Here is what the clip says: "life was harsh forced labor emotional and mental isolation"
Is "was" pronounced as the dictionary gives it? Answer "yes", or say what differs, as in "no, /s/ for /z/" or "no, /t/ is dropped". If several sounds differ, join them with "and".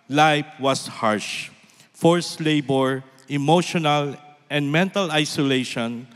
no, /s/ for /z/